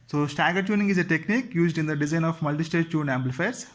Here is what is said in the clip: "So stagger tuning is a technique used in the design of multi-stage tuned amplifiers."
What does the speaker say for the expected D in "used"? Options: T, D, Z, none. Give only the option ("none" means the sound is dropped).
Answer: D